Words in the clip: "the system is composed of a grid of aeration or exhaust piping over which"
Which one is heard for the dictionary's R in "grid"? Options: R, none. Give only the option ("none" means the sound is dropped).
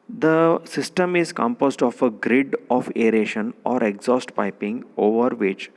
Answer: R